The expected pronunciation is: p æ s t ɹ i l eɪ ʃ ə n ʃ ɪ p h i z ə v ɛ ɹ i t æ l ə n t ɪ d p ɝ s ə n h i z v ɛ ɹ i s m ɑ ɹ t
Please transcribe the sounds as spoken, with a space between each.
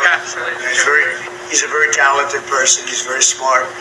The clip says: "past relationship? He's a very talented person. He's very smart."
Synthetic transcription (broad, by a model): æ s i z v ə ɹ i h i z ə v ɛ ɹ i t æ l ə t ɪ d p ɝ s ə n h i z v ɛ ɹ i s m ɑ ɹ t